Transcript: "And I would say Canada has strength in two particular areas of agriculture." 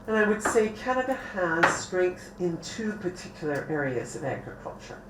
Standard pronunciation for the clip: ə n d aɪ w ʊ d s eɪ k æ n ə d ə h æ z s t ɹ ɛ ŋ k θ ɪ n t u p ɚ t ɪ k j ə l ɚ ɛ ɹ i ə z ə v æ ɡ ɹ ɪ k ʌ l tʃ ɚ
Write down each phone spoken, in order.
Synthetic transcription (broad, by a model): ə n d aɪ w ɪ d s eɪ k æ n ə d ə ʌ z s t ɹ ɛ ŋ k θ ɪ n t u p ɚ t ɪ k j l ɚ ɛ ɹ i ə z ə v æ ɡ ɹ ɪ k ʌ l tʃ ɚ